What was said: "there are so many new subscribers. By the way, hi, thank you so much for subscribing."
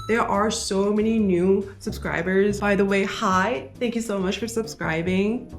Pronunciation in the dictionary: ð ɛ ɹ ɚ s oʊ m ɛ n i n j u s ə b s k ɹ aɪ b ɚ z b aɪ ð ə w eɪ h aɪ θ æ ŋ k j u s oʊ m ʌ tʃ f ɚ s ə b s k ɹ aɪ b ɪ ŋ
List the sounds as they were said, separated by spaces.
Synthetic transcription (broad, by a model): ð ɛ ɹ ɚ s oʊ m ɛ n i n j u s ə b s k ɹ aɪ b ɚ z b aɪ ð ə w eɪ h aɪ θ æ ŋ k j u s oʊ m ʌ tʃ f ɚ s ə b s k ɹ aɪ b ɪ ŋ